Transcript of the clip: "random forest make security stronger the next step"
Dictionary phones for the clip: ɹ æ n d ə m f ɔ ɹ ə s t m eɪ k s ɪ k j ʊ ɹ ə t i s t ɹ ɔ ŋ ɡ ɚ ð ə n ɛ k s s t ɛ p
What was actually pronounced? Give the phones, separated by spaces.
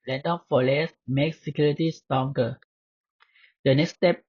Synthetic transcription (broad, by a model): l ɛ n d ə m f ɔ l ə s m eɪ k s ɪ k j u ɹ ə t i s t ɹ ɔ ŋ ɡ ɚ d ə n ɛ k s s t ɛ p